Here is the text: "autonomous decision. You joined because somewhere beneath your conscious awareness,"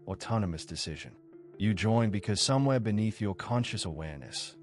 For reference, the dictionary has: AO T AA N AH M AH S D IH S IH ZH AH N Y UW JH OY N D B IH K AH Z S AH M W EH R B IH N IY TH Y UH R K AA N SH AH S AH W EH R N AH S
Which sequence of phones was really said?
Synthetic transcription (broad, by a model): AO T AA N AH M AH S D IH S IH ZH AH N Y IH JH OY N B IH K AH Z S AH M W EH R B IH N IY TH Y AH R K AA N SH AH S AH W EH R N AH S